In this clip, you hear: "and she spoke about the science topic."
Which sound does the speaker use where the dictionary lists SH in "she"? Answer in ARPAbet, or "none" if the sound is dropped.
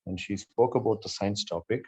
SH